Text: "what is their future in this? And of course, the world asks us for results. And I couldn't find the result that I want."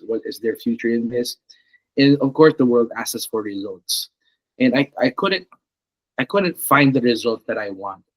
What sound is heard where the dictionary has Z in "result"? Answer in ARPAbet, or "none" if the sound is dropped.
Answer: Z